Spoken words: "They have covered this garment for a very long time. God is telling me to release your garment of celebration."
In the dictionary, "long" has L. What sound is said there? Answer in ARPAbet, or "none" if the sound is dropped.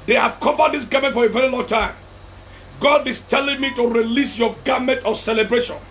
L